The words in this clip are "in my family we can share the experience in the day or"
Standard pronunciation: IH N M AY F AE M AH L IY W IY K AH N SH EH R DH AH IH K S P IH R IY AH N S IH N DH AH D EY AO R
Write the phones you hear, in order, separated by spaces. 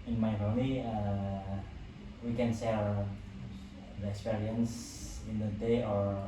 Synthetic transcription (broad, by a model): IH N M AY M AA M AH IY W IY K AH N S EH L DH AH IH K S P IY R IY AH N S IH N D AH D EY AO R